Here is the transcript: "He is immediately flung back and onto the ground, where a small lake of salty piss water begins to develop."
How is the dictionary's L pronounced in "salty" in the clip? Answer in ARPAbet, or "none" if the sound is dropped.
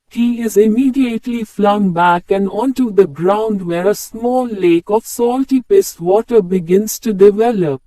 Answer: L